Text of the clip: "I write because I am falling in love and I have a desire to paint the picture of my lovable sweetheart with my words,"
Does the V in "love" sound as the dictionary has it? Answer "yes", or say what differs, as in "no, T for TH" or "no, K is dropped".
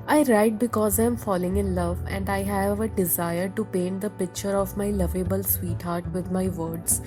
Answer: yes